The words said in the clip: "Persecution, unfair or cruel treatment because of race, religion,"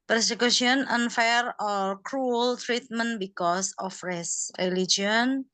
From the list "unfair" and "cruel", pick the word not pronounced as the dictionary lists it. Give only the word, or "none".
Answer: none